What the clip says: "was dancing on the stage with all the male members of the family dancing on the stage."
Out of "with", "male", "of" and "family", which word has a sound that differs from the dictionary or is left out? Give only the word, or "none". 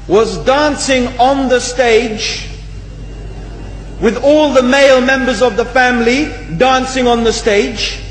none